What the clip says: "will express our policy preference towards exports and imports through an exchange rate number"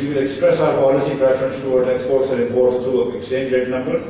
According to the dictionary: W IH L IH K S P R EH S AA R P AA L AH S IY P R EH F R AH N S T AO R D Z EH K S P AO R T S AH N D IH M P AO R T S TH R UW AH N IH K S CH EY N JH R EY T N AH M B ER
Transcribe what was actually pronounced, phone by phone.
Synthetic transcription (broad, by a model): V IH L IH K S P R EH S AA R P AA L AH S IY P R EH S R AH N S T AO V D S EH K S P AO R T S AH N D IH P AO R T S T R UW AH K S CH EY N JH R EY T N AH M B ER